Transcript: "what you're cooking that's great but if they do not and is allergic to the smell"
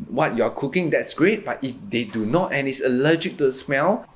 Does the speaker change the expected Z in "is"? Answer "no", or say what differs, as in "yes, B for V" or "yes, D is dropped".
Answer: yes, S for Z